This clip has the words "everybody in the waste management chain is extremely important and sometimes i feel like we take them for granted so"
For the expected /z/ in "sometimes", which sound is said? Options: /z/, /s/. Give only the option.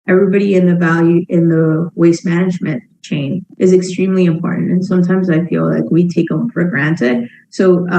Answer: /z/